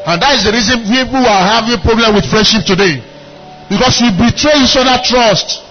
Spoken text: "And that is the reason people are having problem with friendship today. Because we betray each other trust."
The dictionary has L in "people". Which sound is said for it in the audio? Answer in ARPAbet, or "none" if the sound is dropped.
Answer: W